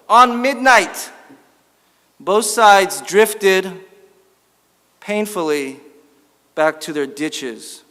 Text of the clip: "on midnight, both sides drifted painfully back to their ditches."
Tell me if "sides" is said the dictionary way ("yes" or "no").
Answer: yes